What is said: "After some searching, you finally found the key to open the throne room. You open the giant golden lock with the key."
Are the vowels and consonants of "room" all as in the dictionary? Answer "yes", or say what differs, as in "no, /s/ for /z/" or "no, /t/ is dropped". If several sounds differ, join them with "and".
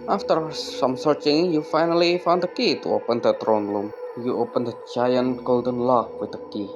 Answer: no, /l/ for /ɹ/